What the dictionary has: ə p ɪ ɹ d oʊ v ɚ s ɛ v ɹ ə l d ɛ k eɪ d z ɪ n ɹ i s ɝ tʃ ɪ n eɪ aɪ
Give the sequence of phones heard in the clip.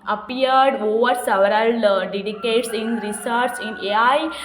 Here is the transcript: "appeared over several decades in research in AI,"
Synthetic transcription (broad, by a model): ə p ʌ ɹ d oʊ v ɚ s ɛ v ɹ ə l d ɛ k eɪ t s ɪ n ɹ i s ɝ s ɪ n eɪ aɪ